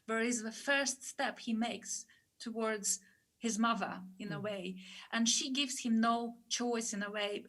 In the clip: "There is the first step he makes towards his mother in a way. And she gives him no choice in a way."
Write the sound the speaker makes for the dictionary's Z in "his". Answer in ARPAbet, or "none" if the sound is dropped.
Z